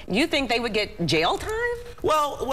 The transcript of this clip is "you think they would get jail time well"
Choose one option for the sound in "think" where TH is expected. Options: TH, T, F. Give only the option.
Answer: TH